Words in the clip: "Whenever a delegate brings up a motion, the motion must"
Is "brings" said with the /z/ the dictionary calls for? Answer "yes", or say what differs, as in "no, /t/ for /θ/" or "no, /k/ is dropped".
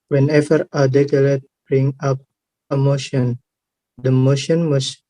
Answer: no, /z/ is dropped